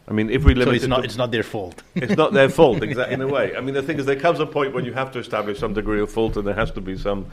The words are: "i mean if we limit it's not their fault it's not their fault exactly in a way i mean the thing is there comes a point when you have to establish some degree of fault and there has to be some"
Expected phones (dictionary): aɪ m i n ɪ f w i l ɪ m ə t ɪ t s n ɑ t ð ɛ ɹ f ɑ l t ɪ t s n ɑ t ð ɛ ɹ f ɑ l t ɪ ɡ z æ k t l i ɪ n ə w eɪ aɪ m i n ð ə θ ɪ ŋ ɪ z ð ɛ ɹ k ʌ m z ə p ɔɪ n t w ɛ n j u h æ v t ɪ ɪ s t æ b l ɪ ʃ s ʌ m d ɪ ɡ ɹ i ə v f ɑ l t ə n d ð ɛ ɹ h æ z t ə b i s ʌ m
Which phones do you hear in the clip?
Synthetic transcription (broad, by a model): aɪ m i n ɪ f w i l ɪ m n ɪ t s n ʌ t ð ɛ ɹ f ɑ l t ɪ t s n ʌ t ð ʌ ɹ f ɑ l t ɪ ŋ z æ t ɪ n ə w eɪ aɪ m i n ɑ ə θ ɪ ŋ ɪ z ð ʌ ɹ k ʌ m z ə p ɔɪ n t w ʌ n j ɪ h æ f t ɪ ɪ s t æ b l ɪ ʃ s ʌ m d ɪ ɡ ɹ i ə v f ɑ l t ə n ð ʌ ɹ h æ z t ə b i s ʌ m